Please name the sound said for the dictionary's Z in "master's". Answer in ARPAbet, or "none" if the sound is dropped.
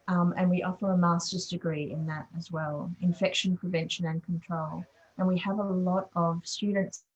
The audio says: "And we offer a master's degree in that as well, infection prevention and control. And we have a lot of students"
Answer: Z